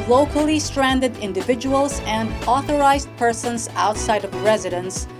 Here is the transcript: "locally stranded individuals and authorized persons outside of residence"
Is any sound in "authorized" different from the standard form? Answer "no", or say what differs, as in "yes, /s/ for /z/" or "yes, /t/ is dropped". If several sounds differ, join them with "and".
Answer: no